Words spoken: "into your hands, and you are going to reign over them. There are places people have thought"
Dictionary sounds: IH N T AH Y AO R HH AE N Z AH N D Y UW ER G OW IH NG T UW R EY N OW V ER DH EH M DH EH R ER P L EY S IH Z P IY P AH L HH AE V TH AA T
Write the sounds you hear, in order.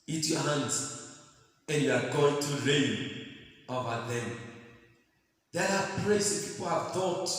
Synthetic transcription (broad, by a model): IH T Y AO HH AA N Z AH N Y UW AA G OW IH NG T UW R EY N OW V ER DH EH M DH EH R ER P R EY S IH P IY P AH L HH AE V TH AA T